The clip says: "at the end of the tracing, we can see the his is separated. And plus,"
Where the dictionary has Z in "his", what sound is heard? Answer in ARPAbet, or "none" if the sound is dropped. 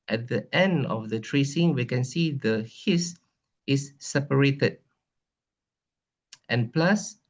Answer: S